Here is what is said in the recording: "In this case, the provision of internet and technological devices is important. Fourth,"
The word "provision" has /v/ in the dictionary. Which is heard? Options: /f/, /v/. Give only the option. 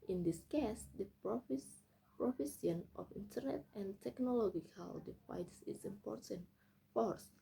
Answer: /f/